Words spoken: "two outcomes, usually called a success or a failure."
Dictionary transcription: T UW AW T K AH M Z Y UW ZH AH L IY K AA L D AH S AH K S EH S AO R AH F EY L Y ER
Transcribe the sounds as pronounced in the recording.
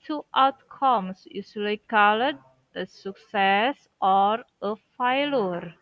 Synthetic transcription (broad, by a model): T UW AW T K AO M S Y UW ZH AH L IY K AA L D AH S AH K S EH S AO R AH F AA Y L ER